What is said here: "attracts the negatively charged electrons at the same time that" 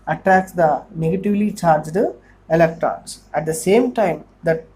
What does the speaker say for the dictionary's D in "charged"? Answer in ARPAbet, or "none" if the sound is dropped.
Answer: D